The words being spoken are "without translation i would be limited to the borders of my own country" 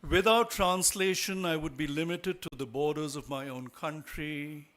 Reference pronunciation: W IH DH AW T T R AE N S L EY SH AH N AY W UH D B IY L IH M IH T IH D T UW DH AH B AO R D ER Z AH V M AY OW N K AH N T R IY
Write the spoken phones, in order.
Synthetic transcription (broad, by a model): W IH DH AW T T R AE N S L EY SH AH N AY W UH D B IY L IH M IH T IH D T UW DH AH B AO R D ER Z AH V M AY OW N K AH N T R IY